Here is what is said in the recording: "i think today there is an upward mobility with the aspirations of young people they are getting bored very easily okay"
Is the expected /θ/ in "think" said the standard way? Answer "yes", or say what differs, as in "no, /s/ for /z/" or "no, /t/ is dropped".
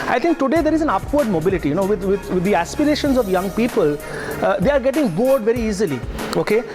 no, /t/ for /θ/